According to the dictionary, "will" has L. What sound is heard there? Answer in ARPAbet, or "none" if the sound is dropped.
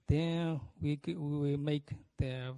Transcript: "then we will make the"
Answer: W